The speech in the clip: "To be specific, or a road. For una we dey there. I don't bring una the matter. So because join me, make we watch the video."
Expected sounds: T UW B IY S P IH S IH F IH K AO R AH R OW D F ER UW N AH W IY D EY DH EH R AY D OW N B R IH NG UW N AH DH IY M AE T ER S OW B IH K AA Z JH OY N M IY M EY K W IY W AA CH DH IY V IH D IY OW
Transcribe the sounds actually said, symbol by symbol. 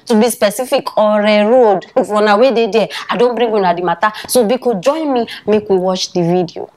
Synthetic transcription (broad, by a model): T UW B IY S P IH S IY F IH K AO R AH R OW D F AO N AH W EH D EY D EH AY D OW N B R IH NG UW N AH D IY M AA T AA S OW B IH K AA JH OY N M IY M EY K W IY W AA CH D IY V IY D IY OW